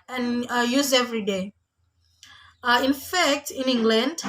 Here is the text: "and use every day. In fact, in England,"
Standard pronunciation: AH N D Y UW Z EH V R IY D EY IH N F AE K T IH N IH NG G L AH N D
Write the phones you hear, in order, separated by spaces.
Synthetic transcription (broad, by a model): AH N Y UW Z EH V R IY D EY IH N F AE K T IH N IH NG G L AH N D